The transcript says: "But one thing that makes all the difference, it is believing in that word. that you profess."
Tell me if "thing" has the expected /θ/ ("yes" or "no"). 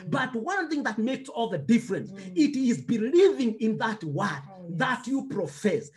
yes